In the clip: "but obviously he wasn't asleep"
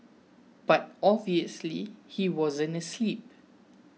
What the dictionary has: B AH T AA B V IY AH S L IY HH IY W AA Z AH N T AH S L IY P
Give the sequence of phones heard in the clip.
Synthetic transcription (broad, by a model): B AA T AA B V IY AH S L IY HH IY W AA Z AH N AH S L IY P